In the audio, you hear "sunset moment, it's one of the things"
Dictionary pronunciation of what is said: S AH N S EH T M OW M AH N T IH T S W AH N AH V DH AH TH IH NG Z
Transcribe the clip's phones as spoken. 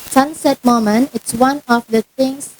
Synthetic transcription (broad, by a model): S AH N S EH T M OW M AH N IH T S W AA N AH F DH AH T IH NG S